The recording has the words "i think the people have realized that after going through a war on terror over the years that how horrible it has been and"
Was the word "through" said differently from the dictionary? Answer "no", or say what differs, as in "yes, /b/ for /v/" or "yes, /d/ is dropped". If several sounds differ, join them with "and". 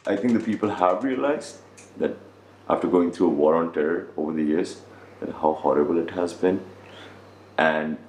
yes, /t/ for /θ/